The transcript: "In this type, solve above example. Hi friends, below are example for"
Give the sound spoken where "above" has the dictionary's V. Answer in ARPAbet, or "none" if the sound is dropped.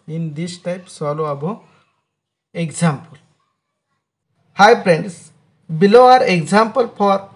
none